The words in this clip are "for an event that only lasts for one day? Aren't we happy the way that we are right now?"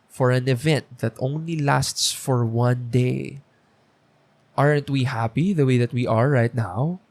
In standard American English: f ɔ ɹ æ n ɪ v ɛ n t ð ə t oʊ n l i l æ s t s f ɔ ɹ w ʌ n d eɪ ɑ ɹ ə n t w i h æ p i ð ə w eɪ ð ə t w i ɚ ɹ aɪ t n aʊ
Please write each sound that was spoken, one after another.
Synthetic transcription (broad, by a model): f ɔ ɹ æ n ɪ v ɛ n t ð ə t oʊ n l i l æ s t s f ɔ ɹ w ʌ n d eɪ ɑ ɹ ə n t w i h æ p i ð ə w eɪ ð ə t w i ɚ ɹ aɪ t n aʊ